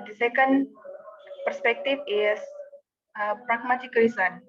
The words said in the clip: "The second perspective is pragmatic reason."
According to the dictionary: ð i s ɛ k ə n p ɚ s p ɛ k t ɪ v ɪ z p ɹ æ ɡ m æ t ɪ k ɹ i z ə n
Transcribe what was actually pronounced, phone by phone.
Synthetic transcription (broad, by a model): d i s ɛ k ə n p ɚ s p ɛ k t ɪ f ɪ s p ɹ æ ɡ m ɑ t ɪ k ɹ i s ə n